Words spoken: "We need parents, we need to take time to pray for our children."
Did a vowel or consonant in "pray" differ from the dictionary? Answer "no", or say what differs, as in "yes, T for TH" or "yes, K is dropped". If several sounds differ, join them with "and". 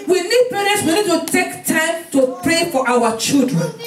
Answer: no